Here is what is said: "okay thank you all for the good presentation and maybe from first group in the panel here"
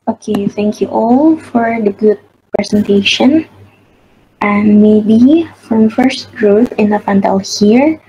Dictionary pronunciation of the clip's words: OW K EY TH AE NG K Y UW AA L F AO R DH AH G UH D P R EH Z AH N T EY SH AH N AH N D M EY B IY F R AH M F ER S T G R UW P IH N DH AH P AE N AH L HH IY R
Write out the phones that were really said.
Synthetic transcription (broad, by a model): OW K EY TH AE NG K Y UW AA L F AO R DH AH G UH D P R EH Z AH N T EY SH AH N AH N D M EY B IY F R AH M F ER S T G R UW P IH N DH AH F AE N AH L HH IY R